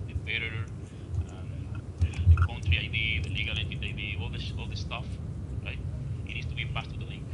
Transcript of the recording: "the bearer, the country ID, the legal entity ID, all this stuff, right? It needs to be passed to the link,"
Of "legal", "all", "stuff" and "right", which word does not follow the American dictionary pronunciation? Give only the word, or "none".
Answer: none